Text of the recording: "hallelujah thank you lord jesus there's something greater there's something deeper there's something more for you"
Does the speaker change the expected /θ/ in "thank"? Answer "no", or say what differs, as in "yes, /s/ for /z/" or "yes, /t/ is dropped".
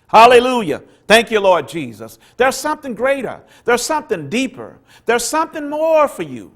no